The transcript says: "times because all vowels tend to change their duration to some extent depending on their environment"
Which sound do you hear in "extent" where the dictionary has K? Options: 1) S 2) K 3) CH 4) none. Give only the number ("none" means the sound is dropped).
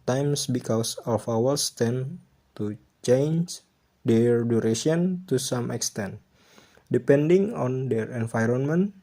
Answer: 2